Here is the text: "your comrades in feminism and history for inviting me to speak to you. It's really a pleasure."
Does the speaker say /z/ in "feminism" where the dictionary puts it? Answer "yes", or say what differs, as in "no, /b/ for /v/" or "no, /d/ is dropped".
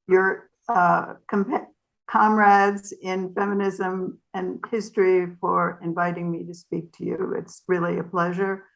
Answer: yes